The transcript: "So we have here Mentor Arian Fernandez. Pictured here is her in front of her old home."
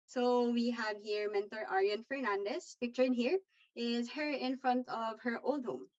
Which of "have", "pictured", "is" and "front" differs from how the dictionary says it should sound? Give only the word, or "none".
none